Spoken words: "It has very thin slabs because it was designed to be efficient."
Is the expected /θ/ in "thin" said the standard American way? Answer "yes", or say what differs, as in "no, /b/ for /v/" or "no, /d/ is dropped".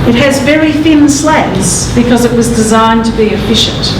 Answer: no, /f/ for /θ/